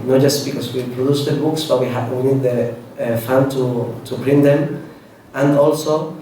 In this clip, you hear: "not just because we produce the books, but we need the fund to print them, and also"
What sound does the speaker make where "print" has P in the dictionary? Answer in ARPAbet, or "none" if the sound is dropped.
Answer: B